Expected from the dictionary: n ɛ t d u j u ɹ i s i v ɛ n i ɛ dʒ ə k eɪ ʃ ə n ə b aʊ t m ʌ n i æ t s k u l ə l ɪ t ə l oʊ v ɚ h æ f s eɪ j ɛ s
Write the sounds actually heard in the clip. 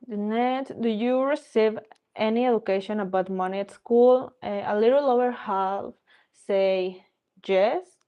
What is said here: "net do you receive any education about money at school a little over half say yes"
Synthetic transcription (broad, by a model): n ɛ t d u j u ɹ i s i v ɛ n i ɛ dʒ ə k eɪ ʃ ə n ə b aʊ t m ʌ n i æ t s k u l ə l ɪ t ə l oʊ w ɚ h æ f s eɪ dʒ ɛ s